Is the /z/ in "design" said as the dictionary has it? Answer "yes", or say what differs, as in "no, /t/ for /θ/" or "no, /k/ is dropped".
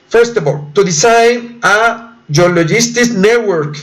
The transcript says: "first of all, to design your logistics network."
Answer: no, /s/ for /z/